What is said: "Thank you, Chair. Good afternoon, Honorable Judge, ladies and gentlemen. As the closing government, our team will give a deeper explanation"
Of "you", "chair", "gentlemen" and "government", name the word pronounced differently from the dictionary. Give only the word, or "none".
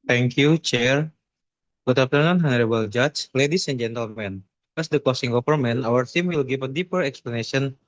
government